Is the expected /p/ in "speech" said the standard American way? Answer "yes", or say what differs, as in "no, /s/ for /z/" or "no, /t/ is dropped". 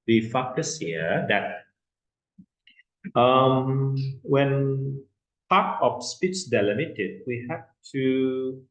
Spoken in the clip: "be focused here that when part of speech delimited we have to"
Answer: yes